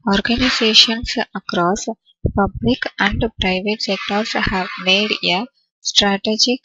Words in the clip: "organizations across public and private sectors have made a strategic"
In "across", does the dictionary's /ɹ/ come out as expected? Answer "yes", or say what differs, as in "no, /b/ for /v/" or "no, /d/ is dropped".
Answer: yes